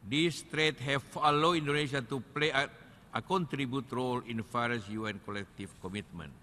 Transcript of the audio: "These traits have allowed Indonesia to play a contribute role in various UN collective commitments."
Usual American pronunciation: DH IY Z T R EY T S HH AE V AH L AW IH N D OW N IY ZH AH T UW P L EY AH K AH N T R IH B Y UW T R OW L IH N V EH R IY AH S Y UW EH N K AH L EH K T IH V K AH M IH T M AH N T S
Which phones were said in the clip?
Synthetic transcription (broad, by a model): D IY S T R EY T HH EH F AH L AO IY N D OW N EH SH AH T UW P L EY AH K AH N T R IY B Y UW T R OW L IH N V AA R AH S Y UW EH N K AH L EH K T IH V K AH M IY T M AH N